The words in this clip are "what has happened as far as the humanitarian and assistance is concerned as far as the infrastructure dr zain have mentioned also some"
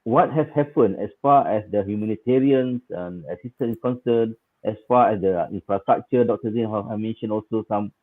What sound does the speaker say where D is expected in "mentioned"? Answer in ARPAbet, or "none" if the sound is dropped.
none